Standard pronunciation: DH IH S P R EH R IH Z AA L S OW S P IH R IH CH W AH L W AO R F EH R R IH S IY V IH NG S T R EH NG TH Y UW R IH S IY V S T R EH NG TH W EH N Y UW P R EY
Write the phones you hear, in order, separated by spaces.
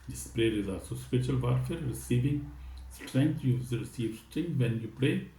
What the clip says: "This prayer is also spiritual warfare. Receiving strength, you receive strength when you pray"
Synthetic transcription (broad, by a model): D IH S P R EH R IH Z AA S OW S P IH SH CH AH L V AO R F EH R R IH S IY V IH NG S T R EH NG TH Y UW R IH S IY V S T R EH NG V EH N Y UW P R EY